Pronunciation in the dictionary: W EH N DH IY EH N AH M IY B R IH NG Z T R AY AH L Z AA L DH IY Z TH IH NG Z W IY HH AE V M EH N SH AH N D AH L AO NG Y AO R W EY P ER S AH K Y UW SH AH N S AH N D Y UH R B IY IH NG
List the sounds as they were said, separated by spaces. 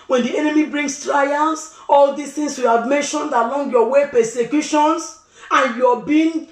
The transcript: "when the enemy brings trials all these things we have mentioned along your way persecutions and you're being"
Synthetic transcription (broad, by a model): W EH N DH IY EH N AH M IY B R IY NG S T R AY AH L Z AA L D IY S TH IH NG S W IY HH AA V M EH N SH AH N D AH L AO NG Y AO W EY P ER S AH K Y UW SH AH N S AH N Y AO B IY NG